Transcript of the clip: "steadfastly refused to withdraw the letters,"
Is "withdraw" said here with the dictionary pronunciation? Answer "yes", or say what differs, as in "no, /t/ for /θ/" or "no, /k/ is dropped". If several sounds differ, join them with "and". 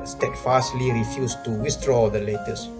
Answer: no, /s/ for /θ/